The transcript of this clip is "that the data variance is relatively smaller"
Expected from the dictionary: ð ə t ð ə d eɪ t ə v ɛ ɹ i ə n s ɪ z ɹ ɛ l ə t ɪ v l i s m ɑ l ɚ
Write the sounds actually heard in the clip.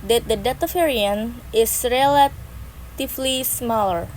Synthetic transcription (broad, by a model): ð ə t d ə d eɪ t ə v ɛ ɹ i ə n ɪ s ɹ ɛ l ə t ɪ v l i s m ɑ l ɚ